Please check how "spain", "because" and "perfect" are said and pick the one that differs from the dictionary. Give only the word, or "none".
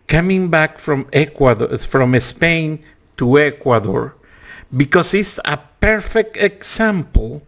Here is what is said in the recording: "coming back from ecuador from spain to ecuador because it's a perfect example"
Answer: because